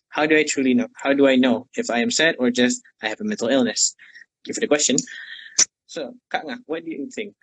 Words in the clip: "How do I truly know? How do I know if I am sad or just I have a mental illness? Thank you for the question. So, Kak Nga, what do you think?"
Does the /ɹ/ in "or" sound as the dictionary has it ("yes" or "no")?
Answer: yes